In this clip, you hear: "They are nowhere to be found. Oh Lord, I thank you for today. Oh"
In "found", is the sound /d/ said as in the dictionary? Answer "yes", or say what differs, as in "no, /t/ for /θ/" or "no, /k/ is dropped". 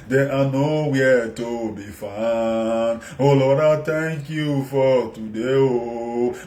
no, /d/ is dropped